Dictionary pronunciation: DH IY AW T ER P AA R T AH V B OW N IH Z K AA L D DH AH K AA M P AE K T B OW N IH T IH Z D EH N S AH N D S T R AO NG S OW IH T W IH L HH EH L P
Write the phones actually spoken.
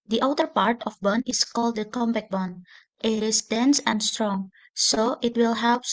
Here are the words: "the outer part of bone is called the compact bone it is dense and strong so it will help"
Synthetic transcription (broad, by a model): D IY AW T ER P AA R T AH F B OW N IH S K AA L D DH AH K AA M B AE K B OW N IH T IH S D EH N S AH N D S T R AO NG S OW IH T W IH L HH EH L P